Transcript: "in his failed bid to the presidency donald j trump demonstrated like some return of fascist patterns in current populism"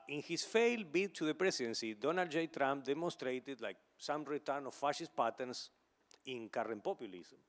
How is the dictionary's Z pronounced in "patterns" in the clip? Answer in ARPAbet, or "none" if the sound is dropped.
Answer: S